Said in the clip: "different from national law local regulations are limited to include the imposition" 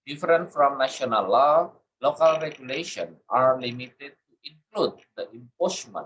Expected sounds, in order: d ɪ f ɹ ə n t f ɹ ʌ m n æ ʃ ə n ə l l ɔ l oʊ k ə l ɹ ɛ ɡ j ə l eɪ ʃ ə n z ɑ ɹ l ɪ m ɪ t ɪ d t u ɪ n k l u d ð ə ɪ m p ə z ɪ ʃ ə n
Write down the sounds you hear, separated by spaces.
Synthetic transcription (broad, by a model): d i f ɹ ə n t f ɹ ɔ m n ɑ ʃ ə n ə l l ɔ l oʊ k ə l ɹ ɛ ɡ j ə l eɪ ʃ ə n ɑ ɹ l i m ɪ t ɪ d t u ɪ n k l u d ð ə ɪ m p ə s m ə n